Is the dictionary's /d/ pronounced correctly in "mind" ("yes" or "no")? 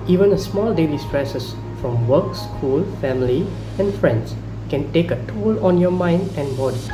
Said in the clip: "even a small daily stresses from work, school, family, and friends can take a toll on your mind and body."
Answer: yes